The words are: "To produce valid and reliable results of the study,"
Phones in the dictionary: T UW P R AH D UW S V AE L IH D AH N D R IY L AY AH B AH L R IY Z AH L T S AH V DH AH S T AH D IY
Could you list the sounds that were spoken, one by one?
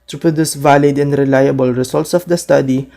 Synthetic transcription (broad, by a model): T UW P R AH D UW S V AE L IH D AH N D R IY L AY AH B AH L R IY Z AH L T S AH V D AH S T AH D IY